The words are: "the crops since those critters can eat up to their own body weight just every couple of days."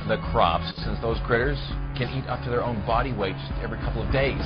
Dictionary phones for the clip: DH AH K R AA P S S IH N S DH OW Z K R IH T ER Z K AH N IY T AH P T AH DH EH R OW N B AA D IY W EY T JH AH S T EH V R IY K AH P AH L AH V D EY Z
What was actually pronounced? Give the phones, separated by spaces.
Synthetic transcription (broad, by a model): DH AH K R AA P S S IH N S DH OW Z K R IH T ER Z K AH N IY T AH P T AH DH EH R OW N B AA D IY W EY T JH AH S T EH V R IY K AH P L AH V D EY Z